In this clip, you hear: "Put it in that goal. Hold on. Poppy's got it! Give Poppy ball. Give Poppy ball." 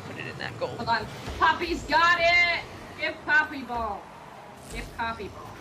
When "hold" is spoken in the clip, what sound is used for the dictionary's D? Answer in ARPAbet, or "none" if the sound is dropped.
none